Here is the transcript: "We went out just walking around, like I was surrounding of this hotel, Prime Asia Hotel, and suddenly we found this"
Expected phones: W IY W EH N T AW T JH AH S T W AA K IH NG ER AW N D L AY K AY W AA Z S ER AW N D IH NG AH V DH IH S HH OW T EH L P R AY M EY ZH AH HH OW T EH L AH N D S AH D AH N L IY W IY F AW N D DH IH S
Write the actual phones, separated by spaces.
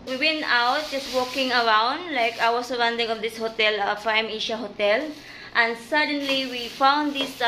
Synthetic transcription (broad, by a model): W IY W EH N T AW T JH AH S T W AA K IH NG ER AW N D L AY K AY W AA S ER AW N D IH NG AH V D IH S HH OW T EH L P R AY M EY SH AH HH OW T EH L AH N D S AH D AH N L IY W IY F AW N D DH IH S